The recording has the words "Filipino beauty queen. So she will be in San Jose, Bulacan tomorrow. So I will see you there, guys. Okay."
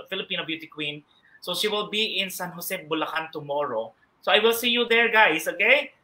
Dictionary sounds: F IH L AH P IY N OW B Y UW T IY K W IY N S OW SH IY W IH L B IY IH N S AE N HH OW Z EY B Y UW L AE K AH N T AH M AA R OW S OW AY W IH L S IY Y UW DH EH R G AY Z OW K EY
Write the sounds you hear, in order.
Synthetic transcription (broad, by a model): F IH L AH P IY N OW B Y UW T IY K W IY N S OW SH IY W IH L B IY IH N S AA N HH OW S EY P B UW L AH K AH N T AH M AA R OW S OW AY W IH L S IY Y UW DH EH R G AY S OW K EY